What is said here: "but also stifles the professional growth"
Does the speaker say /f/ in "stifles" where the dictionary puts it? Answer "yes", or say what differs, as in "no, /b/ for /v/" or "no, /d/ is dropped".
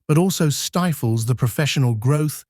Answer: yes